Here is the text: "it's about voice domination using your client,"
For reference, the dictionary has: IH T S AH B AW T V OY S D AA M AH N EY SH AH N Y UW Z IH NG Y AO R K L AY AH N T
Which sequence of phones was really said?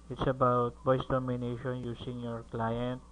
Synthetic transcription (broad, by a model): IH T S AH B AW T B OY S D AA M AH N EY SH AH N Y UW S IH NG Y AO R K L AY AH N T